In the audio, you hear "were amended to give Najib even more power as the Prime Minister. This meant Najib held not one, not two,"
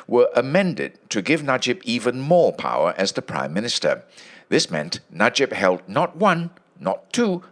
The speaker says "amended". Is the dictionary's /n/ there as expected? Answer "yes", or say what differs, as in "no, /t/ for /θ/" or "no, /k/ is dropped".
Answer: yes